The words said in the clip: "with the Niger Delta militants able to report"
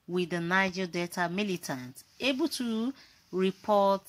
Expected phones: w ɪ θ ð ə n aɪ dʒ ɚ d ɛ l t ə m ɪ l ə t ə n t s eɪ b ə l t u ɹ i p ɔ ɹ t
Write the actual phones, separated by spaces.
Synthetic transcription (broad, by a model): w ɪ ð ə n aɪ dʒ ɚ d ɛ t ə m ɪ l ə t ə n t eɪ b ə l t u ɹ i p ɔ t